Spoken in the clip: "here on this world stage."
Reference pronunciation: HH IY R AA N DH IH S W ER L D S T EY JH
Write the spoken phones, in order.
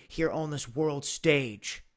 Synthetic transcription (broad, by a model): HH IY R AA N DH IH S W ER L D S T EY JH